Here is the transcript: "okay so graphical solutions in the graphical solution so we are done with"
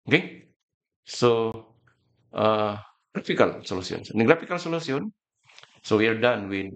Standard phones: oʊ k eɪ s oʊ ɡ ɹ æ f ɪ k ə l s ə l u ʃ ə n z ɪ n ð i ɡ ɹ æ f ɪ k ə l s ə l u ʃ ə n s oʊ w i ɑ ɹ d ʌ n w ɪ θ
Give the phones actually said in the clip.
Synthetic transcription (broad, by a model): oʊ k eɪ s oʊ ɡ ɹ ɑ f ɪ k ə l s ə l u s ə n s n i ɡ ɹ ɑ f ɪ k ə l s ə l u s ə n s oʊ w i ɑ ɹ d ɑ n w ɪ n